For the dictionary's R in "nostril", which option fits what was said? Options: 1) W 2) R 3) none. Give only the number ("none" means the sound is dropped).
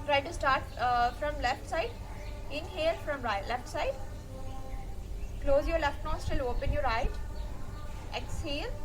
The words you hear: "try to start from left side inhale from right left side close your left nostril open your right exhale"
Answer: 3